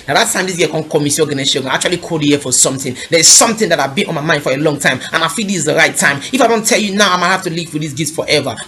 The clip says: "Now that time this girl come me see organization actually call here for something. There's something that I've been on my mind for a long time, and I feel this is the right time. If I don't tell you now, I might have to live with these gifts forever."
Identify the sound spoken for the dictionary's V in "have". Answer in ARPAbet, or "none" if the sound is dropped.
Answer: F